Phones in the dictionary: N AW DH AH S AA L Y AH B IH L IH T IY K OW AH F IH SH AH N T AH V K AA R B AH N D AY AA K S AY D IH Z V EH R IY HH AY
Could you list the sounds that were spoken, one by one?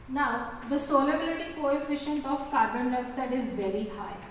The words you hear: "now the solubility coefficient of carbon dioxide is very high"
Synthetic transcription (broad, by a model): N AW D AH S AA L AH B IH L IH T IY K OW AH F IH SH AH N T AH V K AA R B AH N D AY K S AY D IH Z V EH R IY HH AY